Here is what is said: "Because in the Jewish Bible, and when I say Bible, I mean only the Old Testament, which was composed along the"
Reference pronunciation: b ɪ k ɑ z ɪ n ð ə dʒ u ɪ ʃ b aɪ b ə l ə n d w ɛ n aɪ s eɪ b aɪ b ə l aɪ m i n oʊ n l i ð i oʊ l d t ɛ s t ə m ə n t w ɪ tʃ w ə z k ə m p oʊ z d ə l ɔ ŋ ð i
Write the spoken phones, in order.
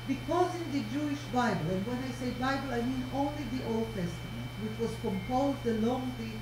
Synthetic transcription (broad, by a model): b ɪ k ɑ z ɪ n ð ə dʒ u ɪ ʃ b aɪ b ə l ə n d w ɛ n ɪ s eɪ b aɪ b ə l aɪ m i n oʊ n l i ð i oʊ l d t ɛ s t ə m ə n t w ɪ tʃ w ə z k ə m p oʊ z d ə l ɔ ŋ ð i